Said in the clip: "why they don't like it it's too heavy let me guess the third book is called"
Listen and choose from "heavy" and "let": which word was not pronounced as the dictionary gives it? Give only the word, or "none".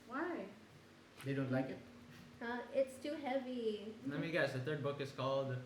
let